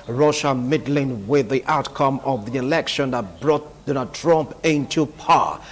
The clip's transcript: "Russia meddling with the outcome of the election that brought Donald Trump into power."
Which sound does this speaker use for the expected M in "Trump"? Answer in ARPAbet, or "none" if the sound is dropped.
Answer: M